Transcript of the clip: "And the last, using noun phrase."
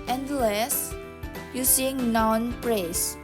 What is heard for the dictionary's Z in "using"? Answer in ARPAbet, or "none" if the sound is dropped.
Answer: S